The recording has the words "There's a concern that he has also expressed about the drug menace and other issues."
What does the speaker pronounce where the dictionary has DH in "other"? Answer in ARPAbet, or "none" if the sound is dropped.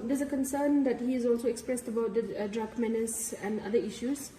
none